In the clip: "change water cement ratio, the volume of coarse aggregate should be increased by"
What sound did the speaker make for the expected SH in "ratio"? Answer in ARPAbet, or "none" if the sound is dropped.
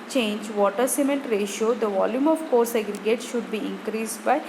SH